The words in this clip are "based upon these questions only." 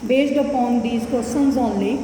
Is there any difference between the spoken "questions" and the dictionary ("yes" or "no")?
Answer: yes